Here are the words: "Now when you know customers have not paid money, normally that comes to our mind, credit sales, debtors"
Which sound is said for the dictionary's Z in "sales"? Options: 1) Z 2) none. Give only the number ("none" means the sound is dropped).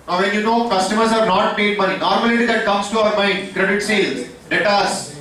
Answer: 2